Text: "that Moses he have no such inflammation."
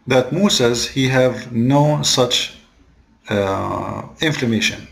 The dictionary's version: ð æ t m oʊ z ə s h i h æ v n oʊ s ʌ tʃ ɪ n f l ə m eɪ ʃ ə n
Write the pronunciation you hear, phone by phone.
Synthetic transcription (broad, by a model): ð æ t m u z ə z h i h æ v n oʊ s ʌ tʃ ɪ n f l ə m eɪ ʃ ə n